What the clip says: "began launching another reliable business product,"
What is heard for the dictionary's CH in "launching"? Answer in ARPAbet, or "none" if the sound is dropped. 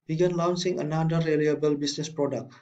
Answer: S